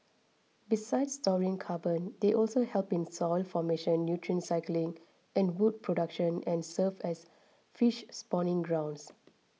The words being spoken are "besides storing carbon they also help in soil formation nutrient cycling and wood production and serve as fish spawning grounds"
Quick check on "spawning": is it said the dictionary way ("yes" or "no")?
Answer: yes